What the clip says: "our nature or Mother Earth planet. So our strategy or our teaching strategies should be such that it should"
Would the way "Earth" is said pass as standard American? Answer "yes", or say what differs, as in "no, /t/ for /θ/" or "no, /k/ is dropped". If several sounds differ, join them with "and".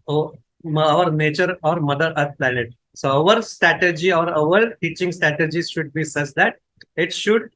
no, /t/ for /θ/